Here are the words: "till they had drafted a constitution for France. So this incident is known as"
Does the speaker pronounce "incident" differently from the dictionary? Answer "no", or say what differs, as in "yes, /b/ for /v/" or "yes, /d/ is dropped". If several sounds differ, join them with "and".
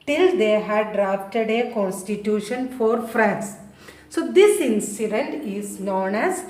no